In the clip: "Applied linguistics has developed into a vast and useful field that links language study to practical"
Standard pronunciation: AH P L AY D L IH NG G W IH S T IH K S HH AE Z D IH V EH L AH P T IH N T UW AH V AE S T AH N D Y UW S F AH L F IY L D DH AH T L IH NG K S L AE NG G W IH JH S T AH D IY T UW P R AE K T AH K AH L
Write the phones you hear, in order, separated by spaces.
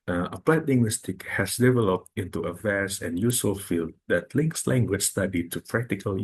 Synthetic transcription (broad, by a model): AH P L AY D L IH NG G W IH S T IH K HH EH S D IH V EH L AH P T IH N T UW AH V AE S AH N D Y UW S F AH L F IY L D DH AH T L IH NG K S L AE NG G W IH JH S T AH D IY T UW P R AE K T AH K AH L